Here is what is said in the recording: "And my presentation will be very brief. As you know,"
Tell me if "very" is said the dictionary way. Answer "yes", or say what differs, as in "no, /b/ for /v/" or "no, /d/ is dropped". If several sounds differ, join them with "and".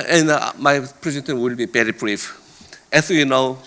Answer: no, /p/ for /v/